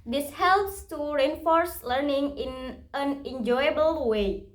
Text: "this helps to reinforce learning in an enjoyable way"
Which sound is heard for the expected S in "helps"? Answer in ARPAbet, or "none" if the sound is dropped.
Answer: S